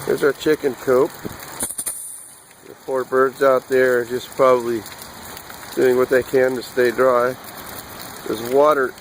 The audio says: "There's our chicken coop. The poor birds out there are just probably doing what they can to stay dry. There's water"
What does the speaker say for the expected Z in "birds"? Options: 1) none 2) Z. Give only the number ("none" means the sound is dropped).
2